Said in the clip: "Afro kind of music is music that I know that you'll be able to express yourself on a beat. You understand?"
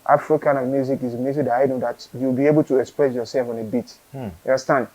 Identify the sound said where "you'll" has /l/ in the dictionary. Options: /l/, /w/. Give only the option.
/w/